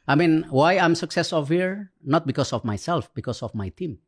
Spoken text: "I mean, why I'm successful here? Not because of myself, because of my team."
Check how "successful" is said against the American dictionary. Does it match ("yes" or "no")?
no